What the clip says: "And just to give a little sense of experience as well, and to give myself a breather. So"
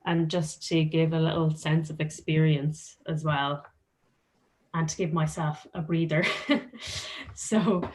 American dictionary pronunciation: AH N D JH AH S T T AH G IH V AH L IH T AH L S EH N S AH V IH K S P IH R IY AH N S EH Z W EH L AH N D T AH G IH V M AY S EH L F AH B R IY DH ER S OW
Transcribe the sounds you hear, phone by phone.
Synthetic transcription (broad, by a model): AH N JH AH S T T AH G IH V AH L IH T L S EH N S AH V IH K S P IH R IY AH N S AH Z W EH L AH N T AH G IH V M AY S EH L F AH B R IY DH ER S OW